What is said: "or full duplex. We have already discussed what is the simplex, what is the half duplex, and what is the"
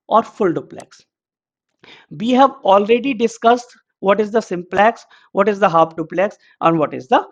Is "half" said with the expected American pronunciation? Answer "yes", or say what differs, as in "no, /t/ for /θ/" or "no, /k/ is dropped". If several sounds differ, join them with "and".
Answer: no, /p/ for /f/